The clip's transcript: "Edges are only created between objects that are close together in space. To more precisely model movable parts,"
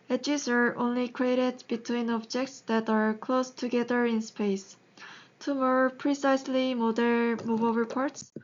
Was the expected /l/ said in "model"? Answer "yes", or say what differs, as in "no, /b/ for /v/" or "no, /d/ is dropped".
no, /n/ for /l/